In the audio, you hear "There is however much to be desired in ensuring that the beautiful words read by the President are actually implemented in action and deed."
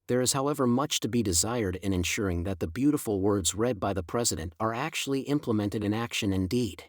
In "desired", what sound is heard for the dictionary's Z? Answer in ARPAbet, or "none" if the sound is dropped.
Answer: Z